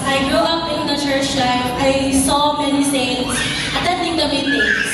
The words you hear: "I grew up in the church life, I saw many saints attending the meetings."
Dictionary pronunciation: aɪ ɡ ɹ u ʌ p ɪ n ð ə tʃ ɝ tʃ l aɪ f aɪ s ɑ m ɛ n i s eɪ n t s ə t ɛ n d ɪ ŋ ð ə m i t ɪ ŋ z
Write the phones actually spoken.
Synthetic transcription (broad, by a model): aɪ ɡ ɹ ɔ ʌ p ɪ n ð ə tʃ ɝ tʃ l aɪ aɪ s ɑ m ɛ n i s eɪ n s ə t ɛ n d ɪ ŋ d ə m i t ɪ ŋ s